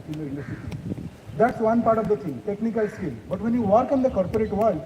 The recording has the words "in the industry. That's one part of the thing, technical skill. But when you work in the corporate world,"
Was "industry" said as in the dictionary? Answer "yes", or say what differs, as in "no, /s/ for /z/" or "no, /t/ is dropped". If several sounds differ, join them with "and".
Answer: no, /ɹ/ is dropped